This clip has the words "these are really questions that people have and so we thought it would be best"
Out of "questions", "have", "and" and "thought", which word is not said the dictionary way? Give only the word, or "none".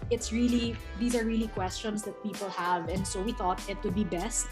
questions